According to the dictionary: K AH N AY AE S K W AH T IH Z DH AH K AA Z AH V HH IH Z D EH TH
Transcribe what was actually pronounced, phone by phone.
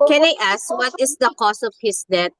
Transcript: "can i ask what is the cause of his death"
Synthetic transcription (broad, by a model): K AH N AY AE S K W AH T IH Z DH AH K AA S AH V HH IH S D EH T